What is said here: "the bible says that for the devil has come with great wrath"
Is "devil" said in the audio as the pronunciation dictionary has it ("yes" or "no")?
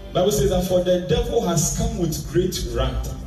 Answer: yes